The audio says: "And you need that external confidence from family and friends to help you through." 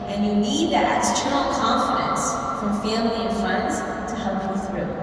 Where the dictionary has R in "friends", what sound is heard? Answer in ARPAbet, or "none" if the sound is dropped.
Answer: none